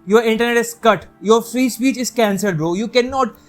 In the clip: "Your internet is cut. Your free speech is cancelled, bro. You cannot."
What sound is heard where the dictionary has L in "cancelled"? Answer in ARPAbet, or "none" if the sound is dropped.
none